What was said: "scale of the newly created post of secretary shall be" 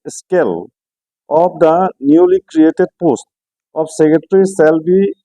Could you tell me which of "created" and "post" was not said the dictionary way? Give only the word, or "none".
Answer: none